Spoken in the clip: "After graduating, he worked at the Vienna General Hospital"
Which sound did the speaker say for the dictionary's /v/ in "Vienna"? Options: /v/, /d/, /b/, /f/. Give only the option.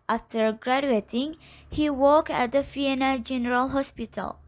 /f/